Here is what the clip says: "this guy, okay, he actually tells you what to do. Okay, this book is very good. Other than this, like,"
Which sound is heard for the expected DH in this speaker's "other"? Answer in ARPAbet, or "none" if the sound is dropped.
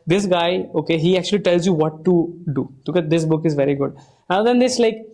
none